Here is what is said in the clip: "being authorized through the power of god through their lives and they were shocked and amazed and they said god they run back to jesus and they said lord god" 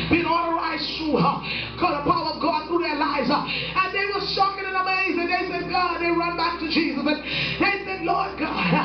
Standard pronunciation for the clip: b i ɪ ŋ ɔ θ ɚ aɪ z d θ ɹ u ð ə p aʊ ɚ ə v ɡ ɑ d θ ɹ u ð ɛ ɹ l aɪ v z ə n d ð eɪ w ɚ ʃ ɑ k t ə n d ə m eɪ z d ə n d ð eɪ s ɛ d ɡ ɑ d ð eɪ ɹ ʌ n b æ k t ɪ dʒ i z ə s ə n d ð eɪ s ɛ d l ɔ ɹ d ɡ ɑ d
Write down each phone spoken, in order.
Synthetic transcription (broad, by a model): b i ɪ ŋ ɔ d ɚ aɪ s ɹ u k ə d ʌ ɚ ə v ɡ ɑ d θ ɹ u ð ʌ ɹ l aɪ v z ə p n ð eɪ w ɚ s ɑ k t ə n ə m eɪ z ə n ð eɪ s ɛ d ɡ ɑ d ð eɪ ɹ ʌ n b æ k t ɪ dʒ i z ə s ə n ð eɪ s ɛ d l ɔ ɹ d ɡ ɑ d